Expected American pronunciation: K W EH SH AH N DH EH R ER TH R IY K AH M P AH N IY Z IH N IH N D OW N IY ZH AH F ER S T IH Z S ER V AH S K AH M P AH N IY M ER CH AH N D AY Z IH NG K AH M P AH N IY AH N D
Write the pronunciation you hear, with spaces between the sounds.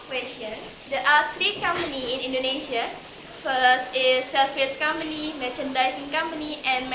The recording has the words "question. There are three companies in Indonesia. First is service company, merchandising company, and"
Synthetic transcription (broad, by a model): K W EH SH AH N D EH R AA T R IY K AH M P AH N IY IH N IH N D OW N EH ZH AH F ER S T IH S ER F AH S K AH M P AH N IY M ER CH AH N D AY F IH NG K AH M P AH N IY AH N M